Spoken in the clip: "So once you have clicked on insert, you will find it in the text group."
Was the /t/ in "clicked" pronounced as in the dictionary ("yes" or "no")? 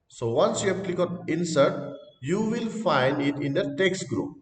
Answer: no